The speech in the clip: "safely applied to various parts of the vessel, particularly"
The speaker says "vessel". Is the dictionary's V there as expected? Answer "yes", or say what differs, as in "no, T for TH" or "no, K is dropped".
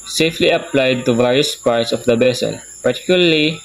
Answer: no, B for V